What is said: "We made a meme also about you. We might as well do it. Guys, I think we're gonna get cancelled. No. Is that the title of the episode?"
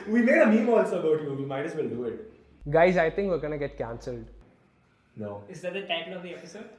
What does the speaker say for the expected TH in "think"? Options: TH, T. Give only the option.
T